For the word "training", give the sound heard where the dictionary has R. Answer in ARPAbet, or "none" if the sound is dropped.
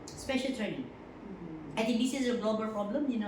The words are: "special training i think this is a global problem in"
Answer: R